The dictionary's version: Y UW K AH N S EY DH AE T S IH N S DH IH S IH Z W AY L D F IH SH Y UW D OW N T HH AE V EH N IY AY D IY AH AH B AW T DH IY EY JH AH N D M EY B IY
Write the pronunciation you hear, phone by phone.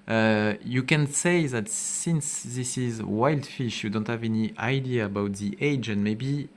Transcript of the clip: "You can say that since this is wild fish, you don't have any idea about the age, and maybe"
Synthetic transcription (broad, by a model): Y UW K AH N S EY DH AE T S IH N S DH IH S IH Z W AY L D F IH SH Y UW D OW N T HH AE V EH N IY AY D IY AH AH B AW T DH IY EY JH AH N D M EY B IY